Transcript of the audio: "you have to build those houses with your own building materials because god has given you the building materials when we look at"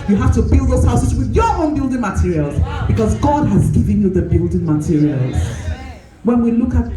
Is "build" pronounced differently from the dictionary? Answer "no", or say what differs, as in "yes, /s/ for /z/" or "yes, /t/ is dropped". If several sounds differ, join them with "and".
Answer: no